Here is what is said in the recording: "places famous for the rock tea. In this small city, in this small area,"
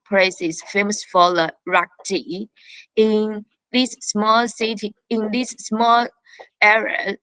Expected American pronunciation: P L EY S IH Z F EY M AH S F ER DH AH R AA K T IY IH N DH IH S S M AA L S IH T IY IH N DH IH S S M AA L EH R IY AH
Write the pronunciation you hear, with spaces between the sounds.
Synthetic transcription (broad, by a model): P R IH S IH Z F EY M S F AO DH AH R AA K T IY IH N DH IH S S M AA L S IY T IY IH N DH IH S S M AA L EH R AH